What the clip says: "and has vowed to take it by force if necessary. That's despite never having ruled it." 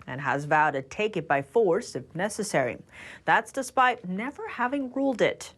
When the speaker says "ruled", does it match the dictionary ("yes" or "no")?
yes